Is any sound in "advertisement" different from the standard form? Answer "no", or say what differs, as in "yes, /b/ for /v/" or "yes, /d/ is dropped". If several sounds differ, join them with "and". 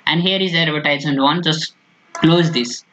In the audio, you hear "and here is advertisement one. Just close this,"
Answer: yes, /m/ is dropped